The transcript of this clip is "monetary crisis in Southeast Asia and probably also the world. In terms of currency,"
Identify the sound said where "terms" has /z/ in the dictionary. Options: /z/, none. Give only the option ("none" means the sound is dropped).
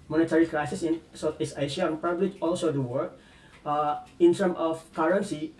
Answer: none